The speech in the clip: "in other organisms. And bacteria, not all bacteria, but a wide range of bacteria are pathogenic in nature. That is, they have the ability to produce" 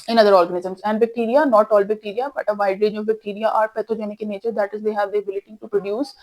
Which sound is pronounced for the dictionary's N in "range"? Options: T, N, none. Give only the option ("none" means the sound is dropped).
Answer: none